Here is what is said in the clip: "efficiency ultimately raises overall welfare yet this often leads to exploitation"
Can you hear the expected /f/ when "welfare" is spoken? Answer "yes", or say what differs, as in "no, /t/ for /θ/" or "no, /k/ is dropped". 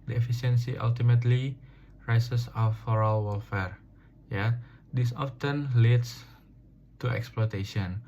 yes